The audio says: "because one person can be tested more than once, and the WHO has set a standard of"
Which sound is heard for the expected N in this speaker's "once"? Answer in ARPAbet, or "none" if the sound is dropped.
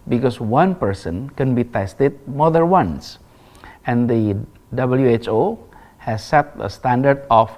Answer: N